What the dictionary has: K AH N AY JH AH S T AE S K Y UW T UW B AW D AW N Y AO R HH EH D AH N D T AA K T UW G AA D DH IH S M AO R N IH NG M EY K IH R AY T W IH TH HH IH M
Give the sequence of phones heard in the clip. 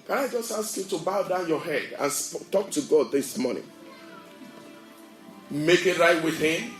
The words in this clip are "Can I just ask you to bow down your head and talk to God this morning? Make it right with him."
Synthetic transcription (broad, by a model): K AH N AY JH AH S T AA S K Y UW T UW B AW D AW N Y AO HH EH D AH N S T AA K T UW G AA D DH IH S M AO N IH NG M EY K IH R AY T W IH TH HH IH M